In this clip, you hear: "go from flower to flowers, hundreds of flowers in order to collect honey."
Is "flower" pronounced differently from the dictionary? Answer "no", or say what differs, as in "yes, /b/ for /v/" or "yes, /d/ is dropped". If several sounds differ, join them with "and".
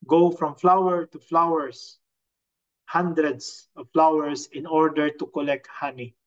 no